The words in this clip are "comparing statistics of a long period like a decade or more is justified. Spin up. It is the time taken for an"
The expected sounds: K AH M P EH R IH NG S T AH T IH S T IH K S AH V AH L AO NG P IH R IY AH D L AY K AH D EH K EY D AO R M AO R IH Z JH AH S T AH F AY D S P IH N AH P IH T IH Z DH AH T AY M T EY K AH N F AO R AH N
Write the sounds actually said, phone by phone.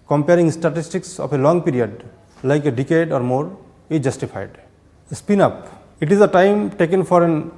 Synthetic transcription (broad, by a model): K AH M P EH R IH NG S T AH T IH S T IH K S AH P AH L AO NG P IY R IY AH D L AY K AH D EH K EY D AO R M AO R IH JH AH S T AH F AY D S P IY N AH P IH T IH Z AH T AY M T EY K AH N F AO R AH N